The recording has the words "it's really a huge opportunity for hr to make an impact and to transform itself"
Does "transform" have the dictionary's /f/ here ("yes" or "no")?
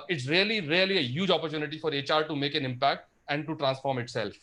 yes